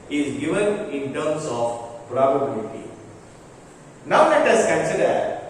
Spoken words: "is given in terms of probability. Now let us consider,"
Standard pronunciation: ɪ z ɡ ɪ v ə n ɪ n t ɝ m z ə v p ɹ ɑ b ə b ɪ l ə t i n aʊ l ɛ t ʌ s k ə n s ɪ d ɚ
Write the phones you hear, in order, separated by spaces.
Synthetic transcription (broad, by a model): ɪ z ɡ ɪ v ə n ɪ n t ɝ m s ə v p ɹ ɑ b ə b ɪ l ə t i n aʊ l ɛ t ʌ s k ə n s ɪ d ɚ